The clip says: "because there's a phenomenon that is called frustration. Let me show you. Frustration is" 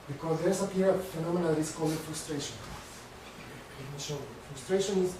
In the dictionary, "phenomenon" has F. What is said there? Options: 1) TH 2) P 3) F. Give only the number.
2